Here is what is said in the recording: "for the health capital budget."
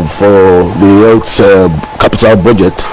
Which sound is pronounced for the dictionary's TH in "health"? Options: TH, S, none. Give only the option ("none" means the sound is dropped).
S